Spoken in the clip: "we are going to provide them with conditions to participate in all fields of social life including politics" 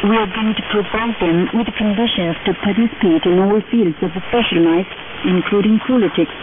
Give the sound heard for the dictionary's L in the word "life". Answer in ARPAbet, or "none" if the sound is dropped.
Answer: N